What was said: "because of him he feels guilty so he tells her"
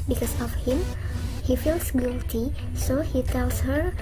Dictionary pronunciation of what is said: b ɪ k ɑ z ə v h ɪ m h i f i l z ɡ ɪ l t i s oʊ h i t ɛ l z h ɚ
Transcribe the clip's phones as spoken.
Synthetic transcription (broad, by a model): b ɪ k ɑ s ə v h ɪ m h i f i l s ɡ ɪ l t i s oʊ h i t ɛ l s h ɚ